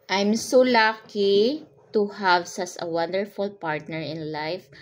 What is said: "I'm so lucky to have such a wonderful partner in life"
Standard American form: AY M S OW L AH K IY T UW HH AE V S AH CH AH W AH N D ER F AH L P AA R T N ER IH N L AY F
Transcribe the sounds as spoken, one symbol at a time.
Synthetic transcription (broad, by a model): AY M S OW L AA K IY T UW HH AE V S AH S AH W AH N D ER F AH L P AA R T N ER IH N L AY F